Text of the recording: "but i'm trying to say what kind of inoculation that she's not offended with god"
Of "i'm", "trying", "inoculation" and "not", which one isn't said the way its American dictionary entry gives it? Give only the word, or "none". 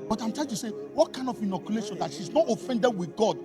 trying